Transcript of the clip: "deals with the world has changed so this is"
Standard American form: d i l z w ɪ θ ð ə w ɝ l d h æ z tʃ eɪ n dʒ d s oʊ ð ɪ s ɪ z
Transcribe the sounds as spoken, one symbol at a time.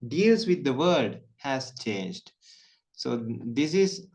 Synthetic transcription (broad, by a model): d i l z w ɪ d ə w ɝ d h æ z tʃ eɪ n dʒ d s oʊ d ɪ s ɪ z